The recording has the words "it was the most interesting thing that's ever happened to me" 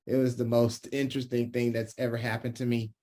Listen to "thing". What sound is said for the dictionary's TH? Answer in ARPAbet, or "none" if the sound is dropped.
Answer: TH